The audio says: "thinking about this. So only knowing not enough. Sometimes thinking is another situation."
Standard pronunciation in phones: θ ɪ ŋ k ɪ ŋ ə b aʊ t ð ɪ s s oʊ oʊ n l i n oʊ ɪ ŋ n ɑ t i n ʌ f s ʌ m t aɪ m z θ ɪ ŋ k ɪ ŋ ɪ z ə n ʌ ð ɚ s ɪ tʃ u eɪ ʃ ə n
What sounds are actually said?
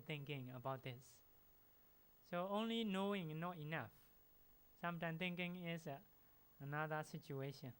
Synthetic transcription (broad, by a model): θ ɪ ŋ k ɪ ŋ ə b aʊ t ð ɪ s s oʊ oʊ n l i n oʊ ɪ ŋ n ɑ t i n ʌ f s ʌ m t aɪ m θ ɪ ŋ k ɪ ŋ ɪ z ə n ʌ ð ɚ s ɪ tʃ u eɪ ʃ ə n